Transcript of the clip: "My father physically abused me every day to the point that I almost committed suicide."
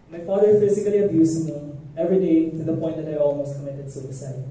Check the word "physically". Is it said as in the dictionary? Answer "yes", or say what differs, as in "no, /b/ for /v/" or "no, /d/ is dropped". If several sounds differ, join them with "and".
no, /s/ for /z/